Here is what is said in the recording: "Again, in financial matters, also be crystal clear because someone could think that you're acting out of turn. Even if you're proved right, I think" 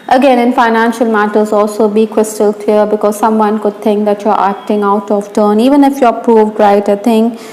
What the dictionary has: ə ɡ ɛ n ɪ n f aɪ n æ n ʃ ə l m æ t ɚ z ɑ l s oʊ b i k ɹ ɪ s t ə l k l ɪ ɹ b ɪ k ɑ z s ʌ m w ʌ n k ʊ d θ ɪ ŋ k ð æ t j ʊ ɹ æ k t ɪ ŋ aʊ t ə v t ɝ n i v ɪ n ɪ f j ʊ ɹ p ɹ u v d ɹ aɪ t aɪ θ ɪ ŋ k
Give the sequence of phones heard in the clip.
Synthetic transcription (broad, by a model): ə ɡ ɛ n ɪ n f aɪ n æ n ʃ ə l m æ t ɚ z ɑ l s oʊ b i k w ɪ s t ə l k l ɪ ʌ b ɪ k ɑ z s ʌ m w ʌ n k ʊ d t ɪ ŋ k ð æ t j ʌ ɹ æ k t ɪ ŋ aʊ t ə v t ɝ n i v ɪ n ɪ f j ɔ p ɹ u v d ɹ aɪ t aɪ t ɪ ŋ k